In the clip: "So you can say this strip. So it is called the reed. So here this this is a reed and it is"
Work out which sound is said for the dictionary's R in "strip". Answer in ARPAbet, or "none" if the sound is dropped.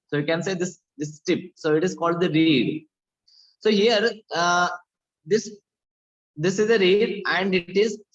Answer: none